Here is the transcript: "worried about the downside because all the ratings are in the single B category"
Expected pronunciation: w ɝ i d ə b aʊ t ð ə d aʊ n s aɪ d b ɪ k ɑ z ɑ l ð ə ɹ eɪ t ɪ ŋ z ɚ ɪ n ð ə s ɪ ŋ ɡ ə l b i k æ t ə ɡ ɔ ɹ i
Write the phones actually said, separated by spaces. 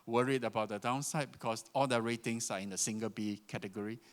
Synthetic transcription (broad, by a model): w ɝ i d ə b aʊ t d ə d aʊ n s aɪ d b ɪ k ɑ s ɑ l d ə ɹ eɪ t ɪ ŋ s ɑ ɪ n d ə s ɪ ŋ ɡ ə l b i k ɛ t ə ɡ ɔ ɹ i